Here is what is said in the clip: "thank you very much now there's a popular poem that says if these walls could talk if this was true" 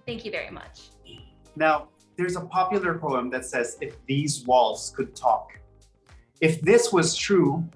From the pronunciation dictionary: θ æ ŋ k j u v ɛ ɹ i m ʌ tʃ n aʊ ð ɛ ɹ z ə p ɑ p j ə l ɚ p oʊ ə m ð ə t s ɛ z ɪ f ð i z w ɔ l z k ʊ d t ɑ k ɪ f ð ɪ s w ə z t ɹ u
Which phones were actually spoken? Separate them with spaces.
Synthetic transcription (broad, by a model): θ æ ŋ k j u v ɛ ɹ i m ʌ tʃ n aʊ ð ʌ ɹ z ə p ɑ p j l ɚ p oʊ ə m ð ə t s ɛ z ɪ f ð i z w ɔ l z k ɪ d t ɑ k ɪ f ð ɪ s w ə z t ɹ u